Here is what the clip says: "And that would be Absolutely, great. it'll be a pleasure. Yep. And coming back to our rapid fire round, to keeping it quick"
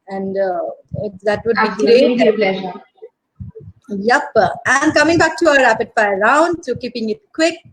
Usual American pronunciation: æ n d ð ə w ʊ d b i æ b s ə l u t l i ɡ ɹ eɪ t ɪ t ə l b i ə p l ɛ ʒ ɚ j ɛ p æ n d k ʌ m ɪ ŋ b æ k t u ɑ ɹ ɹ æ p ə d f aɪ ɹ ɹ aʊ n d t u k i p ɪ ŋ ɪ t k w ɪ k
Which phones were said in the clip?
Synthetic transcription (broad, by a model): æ n d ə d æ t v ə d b i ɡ ɹ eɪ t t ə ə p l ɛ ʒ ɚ j ɛ p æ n d k ʌ m ɪ ŋ b æ k t u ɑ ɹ ɹ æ p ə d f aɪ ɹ ɹ aʊ n d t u k i p ɪ ŋ ɪ t k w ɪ k